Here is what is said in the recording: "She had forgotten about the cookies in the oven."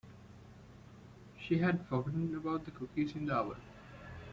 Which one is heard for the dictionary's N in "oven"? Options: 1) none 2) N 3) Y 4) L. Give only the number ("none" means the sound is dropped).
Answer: 4